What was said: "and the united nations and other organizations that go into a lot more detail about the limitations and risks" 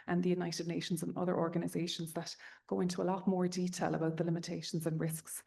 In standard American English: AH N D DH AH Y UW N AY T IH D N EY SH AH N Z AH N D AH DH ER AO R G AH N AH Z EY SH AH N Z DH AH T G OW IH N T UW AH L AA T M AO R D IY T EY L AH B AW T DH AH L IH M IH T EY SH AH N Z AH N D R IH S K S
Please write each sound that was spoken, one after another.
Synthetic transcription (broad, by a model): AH N DH AH Y UW N AY T IH D N EY SH AH N Z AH N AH DH ER AO R G AH N AH Z EY SH AH N Z DH AH T G OW IH N T UW AH L AA T M AO R D IY T EY L AH B AW T DH AH L IH M IH T EY SH AH N Z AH N R IH S K S